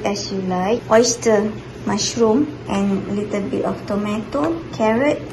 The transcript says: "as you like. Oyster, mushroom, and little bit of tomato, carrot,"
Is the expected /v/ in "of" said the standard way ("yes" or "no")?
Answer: no